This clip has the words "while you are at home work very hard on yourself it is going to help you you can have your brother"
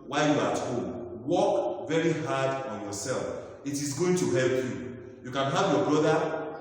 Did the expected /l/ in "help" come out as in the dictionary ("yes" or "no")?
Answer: yes